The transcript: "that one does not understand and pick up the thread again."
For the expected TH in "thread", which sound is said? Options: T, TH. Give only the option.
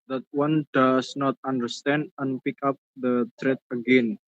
T